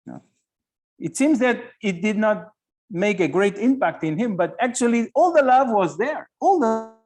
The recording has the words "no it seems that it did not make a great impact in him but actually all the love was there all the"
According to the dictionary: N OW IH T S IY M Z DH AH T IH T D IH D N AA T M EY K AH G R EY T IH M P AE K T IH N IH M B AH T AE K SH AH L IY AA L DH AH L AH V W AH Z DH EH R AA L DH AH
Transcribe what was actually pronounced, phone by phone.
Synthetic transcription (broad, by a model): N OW IH T S IY M Z DH AH T IH T D IH D N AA T M EY K AH G R EY T IH M P AE K T IH N IH M B AH T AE K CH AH L IY AA L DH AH L AH V W AH Z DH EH R AA L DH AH